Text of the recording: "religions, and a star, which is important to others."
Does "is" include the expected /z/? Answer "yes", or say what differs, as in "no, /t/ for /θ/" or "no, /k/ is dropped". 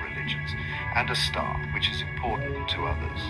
yes